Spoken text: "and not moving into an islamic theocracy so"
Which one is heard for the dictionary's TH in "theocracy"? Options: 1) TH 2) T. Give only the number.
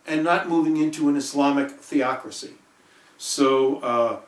1